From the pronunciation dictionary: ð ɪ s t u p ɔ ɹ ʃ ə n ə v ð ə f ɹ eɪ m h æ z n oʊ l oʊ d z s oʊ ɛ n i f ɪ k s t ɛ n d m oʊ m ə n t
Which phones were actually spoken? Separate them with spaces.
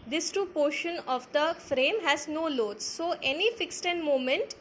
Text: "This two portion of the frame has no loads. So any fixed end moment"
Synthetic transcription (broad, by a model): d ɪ s t u p ɔ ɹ ʃ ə n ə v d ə f ɹ eɪ m h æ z n oʊ l oʊ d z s oʊ ɛ n i f ɪ k s t ɛ n d m oʊ m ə n t